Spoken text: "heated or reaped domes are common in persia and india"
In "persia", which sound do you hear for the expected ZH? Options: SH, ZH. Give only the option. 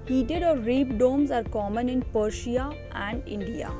SH